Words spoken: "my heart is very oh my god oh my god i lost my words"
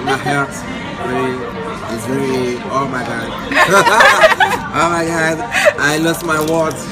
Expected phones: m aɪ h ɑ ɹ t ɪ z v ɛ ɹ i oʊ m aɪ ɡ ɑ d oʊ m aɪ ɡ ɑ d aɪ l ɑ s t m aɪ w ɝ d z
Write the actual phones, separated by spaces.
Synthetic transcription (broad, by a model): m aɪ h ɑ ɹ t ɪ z w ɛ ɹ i oʊ m aɪ ɡ ɑ d oʊ m aɪ ɡ ɑ d aɪ l ɑ s t m aɪ w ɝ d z